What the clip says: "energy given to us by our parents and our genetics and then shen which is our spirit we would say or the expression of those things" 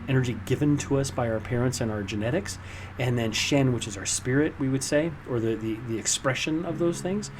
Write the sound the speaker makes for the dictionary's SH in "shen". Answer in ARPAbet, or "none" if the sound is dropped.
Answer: SH